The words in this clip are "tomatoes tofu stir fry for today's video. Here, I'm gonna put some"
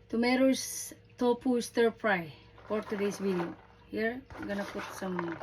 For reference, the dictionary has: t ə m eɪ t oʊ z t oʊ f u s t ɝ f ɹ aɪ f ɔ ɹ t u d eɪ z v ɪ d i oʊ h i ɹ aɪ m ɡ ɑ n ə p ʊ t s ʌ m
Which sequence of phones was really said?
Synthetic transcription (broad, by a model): t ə m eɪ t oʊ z t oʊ p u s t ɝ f ɹ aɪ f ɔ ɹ t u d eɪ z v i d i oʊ h i ɹ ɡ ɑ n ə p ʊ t s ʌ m